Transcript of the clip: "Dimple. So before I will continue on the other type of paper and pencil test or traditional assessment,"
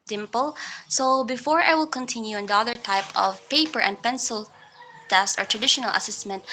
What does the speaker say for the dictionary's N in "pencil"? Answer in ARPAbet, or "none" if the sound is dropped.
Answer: N